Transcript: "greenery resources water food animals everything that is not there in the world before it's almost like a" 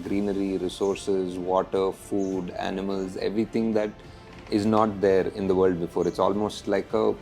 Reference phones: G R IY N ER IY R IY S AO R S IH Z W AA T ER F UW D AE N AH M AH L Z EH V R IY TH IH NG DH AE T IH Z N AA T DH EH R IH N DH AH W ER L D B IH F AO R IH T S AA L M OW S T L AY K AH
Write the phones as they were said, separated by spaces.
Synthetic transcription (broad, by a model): G R IY N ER IY R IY S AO R S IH Z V AA T ER F UW D AE N AH M AH L Z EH V R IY T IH NG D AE T IH Z N AA T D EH R IH N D AH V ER L D B IH F AO R IH T S AA L M OW S T L AY K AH